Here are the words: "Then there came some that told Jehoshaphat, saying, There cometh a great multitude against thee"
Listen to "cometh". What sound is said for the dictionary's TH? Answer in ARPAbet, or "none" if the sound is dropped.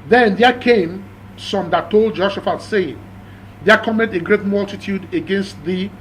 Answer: T